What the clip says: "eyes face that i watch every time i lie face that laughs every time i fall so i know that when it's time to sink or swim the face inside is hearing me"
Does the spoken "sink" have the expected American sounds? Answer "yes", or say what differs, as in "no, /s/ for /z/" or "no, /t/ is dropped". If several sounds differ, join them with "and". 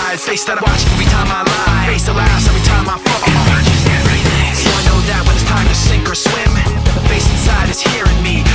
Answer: yes